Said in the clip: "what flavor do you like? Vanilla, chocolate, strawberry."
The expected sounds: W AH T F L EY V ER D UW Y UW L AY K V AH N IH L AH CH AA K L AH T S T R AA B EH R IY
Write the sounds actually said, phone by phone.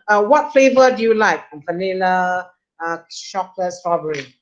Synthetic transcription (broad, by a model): W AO T F L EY V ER D UW Y UW L AY K F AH N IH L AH SH AA K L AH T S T R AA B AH R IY